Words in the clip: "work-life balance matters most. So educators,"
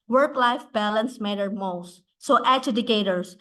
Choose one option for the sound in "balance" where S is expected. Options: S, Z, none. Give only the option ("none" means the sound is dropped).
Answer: S